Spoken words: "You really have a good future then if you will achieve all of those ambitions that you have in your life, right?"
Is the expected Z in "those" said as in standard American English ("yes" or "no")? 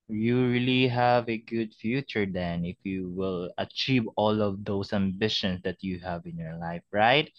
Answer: no